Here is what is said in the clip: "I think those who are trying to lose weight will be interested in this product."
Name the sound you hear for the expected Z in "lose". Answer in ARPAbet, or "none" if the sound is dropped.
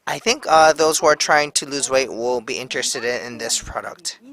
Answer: Z